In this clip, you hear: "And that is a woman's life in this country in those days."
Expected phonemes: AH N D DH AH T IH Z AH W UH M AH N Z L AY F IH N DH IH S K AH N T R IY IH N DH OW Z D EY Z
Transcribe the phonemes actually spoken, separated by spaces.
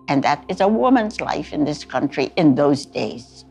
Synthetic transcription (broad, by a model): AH N DH AH T IH Z AH W UH M AH N Z L AY F IH N DH IH S K AH N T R IY IH N DH OW Z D EY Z